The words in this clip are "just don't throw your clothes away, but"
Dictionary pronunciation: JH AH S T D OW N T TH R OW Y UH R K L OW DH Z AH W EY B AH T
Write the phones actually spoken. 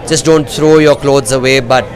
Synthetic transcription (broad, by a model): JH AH S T D OW N T T R OW Y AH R K L OW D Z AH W EY B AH T